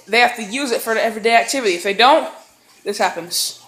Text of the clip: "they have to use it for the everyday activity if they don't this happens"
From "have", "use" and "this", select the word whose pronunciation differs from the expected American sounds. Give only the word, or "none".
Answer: have